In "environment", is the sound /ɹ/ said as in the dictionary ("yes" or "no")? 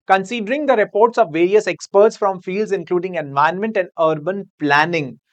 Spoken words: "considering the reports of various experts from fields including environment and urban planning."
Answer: no